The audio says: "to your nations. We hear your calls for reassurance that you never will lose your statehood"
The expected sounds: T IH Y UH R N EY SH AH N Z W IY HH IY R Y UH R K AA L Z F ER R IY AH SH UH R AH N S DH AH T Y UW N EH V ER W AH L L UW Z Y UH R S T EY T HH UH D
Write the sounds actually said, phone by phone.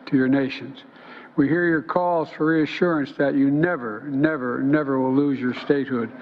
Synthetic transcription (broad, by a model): T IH Y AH R N EY SH AH N Z W IY HH IY R Y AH R K AA L Z F ER R IY AH SH UH R AH N S DH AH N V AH N EH V ER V AH W L UW Z Y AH R S T EY T HH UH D